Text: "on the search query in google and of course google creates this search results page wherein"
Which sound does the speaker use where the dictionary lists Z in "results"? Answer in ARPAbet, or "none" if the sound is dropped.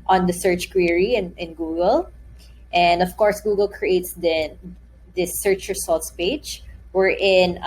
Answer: S